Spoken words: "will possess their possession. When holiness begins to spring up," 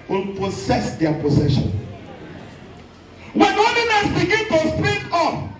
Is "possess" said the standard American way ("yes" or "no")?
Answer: no